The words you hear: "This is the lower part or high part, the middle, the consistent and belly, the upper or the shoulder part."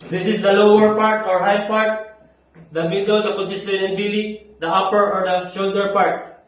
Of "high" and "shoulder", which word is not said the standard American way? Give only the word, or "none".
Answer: none